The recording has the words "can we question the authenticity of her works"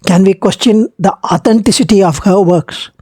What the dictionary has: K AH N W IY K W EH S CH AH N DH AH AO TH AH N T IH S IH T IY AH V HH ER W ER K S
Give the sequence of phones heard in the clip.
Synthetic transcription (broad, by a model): K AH N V IY K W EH S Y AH N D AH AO T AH N T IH S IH T IY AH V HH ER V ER K S